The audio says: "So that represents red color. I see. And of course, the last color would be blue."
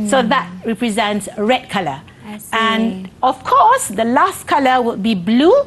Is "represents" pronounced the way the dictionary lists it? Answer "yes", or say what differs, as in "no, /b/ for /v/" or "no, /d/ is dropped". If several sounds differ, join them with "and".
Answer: yes